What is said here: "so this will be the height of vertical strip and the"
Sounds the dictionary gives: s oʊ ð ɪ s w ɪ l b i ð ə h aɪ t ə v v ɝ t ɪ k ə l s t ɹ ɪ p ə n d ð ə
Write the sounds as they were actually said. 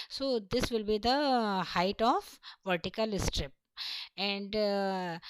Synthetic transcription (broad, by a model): s oʊ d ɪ s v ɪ l b i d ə h aɪ t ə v v ɝ t ɪ k ə l s t ɹ ɪ p ə n d